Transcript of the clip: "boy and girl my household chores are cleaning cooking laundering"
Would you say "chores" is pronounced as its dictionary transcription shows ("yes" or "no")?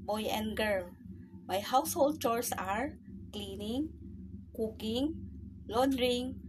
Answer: no